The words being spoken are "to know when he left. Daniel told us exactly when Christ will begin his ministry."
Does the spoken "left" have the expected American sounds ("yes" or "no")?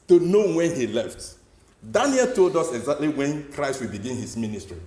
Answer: yes